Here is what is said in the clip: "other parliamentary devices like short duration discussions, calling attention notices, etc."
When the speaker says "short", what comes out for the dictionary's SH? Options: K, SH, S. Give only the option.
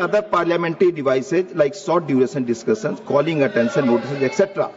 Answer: S